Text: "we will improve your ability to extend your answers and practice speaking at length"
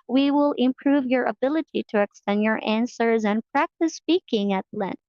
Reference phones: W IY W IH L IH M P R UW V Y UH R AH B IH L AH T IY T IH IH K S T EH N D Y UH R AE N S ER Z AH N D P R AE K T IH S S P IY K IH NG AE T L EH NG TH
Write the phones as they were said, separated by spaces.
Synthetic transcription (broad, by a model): W IY W IH L IH M P R UW V Y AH R AH B IH L AH T IY T IH IH K S T EH N D Y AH R AE N S ER Z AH N P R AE K T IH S S P IY K IH NG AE T L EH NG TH